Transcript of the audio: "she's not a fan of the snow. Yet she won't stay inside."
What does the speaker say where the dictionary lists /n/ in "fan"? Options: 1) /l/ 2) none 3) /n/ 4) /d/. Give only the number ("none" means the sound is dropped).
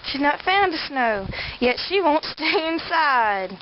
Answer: 2